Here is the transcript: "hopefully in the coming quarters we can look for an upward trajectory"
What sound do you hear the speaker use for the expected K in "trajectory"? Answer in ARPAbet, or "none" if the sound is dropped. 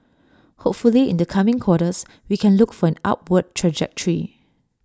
K